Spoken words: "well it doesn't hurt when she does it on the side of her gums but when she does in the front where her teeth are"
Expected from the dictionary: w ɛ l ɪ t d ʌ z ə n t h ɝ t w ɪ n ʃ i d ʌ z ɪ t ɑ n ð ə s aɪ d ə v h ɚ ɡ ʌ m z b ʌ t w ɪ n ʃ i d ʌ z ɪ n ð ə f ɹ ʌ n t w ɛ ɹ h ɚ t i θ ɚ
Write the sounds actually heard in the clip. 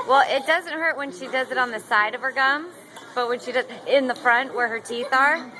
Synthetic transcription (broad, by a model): w ɛ l ɪ t d ʌ z ə n t h ɝ t w ɪ n ʃ i d ʌ z ɪ t n ð ə s aɪ d ə v ɚ ɡ ʌ m b ʌ t w ɪ n ʃ i d ʌ z ɪ n ð ə f ɹ ʌ n t w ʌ ɹ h ɚ t i θ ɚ